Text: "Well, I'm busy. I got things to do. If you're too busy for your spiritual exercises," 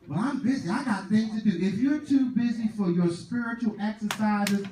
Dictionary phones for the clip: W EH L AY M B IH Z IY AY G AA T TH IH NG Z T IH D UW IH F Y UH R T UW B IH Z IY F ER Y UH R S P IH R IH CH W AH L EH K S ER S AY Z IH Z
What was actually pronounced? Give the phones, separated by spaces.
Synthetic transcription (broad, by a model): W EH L AY M B IH Z IY AY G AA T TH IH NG T IH D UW IH F Y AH R T UW B IH Z IY F ER Y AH R S P IH R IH CH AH L EH K S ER S AY Z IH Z